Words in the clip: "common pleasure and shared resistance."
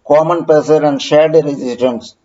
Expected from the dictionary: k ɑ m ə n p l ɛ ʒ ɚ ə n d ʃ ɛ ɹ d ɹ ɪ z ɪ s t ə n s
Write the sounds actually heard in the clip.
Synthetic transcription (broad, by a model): k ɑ m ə n p ɛ s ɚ ə n d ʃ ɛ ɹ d ɹ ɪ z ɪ s t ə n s